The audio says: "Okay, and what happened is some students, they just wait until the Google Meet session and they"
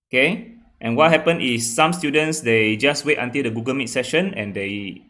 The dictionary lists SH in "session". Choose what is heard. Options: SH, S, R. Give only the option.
SH